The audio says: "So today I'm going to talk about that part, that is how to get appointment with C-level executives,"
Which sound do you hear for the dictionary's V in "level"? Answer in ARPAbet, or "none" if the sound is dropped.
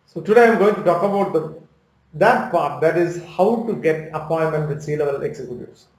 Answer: B